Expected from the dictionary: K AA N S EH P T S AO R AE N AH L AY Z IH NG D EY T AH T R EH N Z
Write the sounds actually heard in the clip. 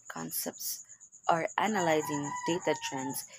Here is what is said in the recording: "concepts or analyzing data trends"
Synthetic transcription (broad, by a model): K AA N S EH P T S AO R AE N AH L AY Z IH NG D EY T AH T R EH N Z